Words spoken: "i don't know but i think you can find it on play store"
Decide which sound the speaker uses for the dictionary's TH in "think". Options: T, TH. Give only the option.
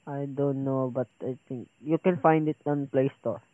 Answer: T